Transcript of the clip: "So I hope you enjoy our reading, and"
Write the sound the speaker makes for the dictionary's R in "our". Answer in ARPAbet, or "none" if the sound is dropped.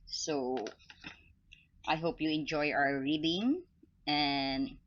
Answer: W